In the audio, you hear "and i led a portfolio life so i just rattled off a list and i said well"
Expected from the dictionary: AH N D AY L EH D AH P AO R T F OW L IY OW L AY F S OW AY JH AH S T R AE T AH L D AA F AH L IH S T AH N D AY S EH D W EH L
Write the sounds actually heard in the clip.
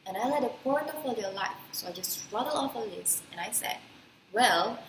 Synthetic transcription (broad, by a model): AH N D AY L EH D AH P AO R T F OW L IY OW L AY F S OW AY JH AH S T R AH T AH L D AA F AH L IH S AH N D AY S EH D W EH L